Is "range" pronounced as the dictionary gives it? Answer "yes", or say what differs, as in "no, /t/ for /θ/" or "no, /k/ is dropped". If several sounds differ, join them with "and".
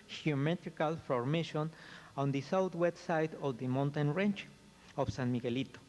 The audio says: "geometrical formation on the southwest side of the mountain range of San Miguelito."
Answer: no, /tʃ/ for /dʒ/